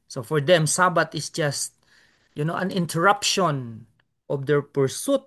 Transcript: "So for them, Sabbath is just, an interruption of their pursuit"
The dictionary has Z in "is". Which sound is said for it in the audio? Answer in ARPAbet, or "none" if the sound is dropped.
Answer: S